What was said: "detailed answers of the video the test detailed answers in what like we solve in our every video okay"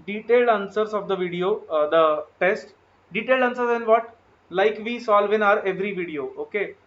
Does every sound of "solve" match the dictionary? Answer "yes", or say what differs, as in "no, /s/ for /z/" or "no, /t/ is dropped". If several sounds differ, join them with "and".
yes